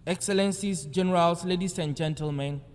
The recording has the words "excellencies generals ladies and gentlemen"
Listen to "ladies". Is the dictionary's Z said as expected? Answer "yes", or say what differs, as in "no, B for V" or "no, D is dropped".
no, S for Z